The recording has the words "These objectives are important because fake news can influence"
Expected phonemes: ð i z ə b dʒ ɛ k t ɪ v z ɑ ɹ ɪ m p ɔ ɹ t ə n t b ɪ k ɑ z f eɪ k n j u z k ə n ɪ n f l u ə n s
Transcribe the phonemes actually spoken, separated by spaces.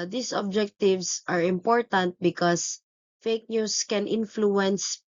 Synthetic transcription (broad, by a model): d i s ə b dʒ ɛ k t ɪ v s ɑ ɹ ɪ m p ɔ ɹ t ə n t b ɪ k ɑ s f eɪ k n j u s k ə n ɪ n f l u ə n s